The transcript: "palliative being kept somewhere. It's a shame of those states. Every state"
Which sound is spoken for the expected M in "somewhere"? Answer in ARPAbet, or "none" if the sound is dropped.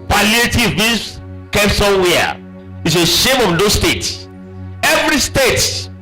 none